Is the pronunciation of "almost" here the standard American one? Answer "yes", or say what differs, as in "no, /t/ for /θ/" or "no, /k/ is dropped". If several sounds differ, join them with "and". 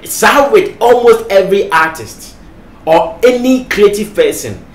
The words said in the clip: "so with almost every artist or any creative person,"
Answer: yes